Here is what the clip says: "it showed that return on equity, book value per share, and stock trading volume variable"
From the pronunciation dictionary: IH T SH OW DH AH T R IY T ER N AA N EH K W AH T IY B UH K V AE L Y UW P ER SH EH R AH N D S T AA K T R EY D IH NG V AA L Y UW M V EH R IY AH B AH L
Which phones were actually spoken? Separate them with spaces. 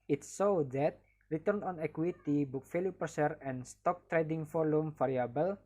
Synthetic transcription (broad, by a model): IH T S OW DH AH T R IY T ER N AA N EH K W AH T IY B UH K F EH L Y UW P ER S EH R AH N S T AA K T R EY D IH NG F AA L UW M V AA R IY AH B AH L